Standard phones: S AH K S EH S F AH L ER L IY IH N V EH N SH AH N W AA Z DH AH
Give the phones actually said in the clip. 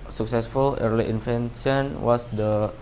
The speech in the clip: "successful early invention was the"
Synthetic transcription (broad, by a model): S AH K S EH S F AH L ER L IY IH N F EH N S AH N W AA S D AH